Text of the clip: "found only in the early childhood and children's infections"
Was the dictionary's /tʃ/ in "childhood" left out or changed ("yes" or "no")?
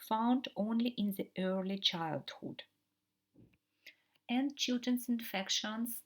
no